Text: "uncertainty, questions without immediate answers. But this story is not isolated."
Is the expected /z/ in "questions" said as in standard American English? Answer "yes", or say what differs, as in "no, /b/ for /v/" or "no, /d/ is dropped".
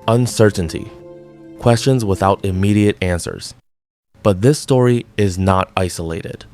yes